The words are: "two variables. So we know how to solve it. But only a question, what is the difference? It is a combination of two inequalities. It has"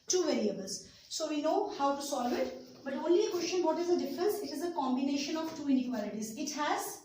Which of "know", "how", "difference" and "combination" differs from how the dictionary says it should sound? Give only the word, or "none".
none